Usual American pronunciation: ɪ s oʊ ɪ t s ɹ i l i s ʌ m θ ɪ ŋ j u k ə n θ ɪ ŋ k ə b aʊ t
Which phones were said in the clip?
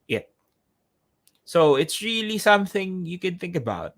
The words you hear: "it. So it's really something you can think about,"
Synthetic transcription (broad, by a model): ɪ s oʊ ɪ t s ɹ i l i s ʌ m θ ɪ ŋ j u k ə n θ ɪ ŋ k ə b aʊ t